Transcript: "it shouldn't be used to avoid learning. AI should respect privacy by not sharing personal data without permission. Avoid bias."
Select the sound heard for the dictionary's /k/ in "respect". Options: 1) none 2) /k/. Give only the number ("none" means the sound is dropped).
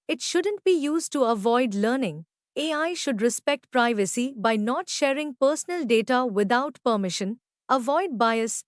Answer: 2